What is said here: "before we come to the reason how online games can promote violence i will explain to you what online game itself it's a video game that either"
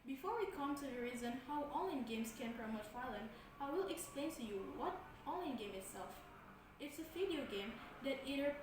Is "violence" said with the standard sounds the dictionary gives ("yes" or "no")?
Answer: no